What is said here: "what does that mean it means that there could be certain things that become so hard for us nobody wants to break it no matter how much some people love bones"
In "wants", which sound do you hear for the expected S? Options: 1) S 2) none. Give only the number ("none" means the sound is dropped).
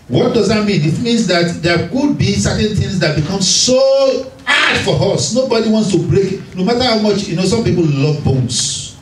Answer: 1